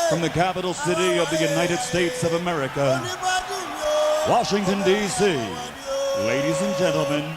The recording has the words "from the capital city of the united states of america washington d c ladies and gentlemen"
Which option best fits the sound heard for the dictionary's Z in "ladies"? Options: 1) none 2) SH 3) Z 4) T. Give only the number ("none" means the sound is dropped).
3